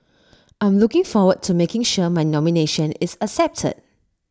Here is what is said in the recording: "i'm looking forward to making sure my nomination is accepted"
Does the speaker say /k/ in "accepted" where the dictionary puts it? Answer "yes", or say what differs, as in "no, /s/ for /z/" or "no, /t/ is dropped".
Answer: no, /k/ is dropped